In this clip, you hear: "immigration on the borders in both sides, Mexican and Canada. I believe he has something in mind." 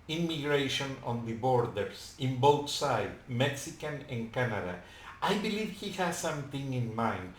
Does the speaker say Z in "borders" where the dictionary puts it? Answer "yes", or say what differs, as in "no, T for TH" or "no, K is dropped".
no, S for Z